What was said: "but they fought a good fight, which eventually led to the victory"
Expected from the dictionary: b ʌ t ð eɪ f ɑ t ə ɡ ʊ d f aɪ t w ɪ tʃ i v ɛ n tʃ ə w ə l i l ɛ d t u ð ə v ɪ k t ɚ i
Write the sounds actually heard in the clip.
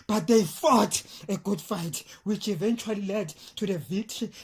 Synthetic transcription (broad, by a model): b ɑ t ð eɪ f ɑ t ə ɡ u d f aɪ t w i tʃ i v ɛ n tʃ ə w ə l i l ɛ d t u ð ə v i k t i